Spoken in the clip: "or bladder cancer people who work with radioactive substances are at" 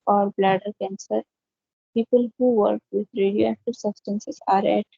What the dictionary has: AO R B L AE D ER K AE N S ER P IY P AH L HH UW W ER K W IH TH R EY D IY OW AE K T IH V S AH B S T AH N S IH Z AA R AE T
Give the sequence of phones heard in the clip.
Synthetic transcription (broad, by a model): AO R B L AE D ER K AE N S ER P IY P AH L HH UW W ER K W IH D R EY D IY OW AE T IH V S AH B S T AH N S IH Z AA R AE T